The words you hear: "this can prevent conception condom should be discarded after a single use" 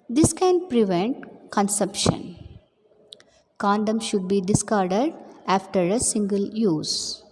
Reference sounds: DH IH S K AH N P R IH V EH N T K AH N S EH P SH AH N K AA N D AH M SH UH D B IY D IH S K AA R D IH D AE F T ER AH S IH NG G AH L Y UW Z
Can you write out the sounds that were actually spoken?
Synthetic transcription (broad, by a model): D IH S K AH N P R IH V EH N T K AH N S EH P SH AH N K AA N D AH M SH UH D B IY D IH S K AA R D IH D AE F T ER AH S IH NG G AH L Y UW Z